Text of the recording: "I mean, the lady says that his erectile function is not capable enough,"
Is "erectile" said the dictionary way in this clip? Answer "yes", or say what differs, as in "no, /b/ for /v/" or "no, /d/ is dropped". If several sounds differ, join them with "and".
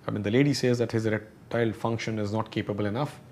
no, /k/ is dropped